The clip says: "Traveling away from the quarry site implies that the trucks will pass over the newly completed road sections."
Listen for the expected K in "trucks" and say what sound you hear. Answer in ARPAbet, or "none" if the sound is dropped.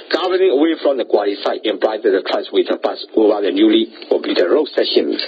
none